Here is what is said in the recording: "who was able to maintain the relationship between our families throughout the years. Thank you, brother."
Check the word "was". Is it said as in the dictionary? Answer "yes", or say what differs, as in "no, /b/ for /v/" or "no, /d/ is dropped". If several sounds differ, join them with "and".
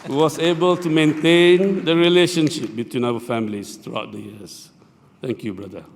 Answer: no, /s/ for /z/